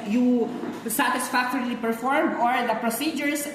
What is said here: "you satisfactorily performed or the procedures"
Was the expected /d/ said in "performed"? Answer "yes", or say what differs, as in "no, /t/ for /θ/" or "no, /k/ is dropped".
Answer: no, /d/ is dropped